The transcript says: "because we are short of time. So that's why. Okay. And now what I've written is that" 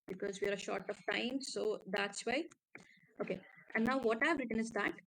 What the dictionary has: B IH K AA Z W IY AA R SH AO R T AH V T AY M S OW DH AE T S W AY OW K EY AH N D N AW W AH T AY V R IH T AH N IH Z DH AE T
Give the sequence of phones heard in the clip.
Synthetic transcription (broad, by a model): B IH K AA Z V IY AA R SH AO R T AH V T AY M S OW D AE T S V AY OW K EY AH N D N AW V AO T AY V R IH T AH N IH Z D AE T